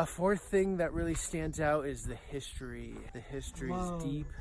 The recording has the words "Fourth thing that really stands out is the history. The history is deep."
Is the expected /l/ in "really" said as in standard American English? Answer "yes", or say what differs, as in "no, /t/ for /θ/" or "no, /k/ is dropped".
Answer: yes